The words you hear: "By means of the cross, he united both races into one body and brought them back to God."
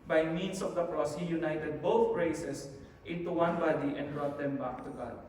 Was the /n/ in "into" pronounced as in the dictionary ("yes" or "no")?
yes